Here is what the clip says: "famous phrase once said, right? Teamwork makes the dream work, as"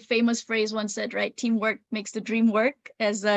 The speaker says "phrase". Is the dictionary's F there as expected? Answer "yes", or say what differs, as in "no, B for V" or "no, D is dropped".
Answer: yes